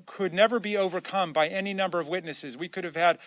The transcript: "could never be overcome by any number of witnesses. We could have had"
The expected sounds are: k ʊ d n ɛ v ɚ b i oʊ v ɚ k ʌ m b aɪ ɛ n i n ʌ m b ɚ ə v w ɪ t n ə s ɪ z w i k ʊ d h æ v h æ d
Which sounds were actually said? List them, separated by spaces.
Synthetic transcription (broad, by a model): k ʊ d n ɛ v ɚ b i oʊ v ɚ k ʌ m b aɪ ɛ n i n ʌ m b ɚ ə v w ɪ t n ə s ɪ z w i k ʊ d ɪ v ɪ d